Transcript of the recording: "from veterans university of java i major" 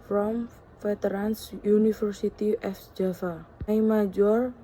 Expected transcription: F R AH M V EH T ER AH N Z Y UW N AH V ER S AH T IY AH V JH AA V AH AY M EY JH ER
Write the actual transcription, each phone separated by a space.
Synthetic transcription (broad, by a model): F R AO M F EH T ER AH N S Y UW N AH F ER S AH T IY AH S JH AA F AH AY M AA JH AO